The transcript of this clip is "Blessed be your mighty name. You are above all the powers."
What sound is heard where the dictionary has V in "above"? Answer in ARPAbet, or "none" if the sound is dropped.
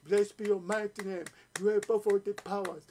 F